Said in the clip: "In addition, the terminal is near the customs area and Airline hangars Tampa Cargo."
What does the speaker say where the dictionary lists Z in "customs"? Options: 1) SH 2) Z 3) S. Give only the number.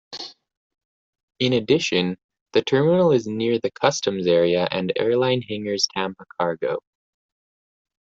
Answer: 2